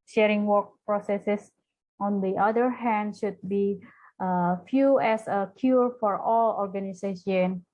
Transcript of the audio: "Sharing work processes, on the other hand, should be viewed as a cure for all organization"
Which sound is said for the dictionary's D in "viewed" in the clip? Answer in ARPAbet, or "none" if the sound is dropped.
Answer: none